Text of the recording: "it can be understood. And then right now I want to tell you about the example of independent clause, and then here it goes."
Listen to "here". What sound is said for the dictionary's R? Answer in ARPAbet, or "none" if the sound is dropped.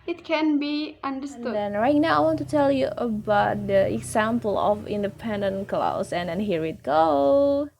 R